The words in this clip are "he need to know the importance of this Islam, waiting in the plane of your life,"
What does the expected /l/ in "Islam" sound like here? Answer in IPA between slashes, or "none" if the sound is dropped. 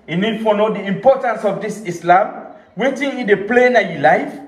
/l/